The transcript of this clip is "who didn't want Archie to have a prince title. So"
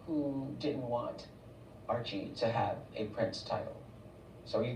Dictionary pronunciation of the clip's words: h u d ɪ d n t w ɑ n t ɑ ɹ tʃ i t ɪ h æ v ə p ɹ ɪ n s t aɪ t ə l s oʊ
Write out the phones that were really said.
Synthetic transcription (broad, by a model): h u d ɪ d n t w ɑ n t ɑ ɹ tʃ i t ɪ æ v ə p ɹ ɪ n s t aɪ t l s oʊ